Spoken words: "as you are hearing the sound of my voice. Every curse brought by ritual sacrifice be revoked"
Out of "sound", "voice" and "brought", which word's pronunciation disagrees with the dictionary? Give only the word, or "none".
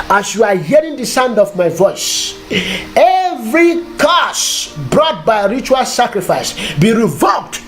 none